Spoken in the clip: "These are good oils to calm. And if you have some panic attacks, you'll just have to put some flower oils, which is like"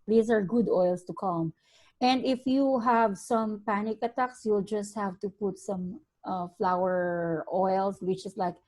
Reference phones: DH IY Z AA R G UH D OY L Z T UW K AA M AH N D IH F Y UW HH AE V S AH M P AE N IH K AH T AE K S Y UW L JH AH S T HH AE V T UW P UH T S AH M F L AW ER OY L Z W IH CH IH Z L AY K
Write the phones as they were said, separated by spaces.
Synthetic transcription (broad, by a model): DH IY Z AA R G UH D OY L S T UW K AA M AH N D IH F Y UW HH AE V S AH M P AE N IH K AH T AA K S Y UW L JH AH S T HH AE V T UW P UH T S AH M F L AW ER OY L S W IH CH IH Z L AY K